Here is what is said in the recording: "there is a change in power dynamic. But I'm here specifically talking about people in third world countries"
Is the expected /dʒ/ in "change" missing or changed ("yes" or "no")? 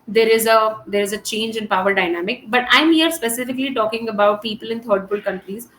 no